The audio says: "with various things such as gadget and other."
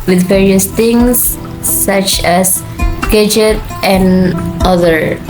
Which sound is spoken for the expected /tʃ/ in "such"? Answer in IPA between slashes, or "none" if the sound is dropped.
/tʃ/